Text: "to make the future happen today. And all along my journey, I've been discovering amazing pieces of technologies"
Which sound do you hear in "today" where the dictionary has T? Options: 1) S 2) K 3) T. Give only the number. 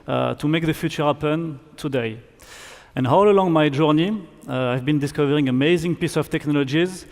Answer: 3